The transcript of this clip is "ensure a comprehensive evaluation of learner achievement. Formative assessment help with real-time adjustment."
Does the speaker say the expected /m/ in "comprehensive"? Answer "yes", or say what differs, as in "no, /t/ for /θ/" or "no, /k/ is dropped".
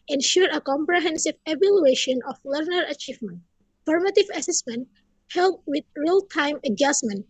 yes